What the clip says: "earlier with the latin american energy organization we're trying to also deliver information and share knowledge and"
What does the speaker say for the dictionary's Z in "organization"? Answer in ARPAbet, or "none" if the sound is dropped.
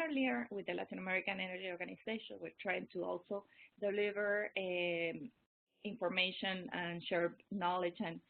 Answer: S